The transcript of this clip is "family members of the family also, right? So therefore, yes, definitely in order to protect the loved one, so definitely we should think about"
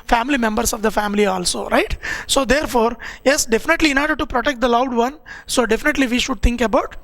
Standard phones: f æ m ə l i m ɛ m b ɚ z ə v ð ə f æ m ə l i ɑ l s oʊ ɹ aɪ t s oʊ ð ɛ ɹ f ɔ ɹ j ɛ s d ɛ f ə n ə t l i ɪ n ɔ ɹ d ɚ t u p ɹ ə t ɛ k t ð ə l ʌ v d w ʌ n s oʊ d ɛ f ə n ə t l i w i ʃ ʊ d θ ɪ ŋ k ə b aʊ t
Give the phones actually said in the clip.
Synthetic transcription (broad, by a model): f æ m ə l i m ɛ m b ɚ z ə v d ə f æ m ə l i ɑ l s oʊ ɹ aɪ t s oʊ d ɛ ɹ f ɔ ɹ j ɛ s d ɛ f ə n ə t l i ɪ n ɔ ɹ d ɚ t u p ɹ ə t ɛ k t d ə l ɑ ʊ d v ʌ n s oʊ d ɛ f ə n ə t l i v i ʃ ʊ d t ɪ ŋ k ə b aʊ t